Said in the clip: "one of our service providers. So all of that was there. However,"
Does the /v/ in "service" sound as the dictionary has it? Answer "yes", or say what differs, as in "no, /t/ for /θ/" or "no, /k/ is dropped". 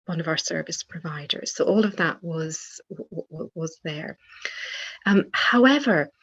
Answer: yes